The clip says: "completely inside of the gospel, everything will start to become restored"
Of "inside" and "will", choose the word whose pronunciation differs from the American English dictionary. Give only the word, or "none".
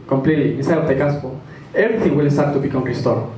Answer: inside